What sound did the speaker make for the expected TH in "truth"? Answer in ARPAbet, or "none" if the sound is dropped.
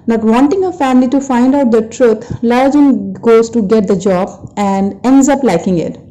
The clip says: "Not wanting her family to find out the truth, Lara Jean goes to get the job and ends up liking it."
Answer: T